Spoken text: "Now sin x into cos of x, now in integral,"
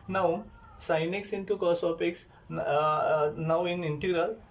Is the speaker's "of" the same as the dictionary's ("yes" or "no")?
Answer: no